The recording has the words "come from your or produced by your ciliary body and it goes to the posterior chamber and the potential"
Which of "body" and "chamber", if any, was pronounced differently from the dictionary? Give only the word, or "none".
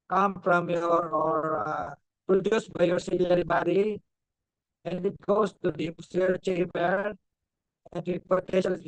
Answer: chamber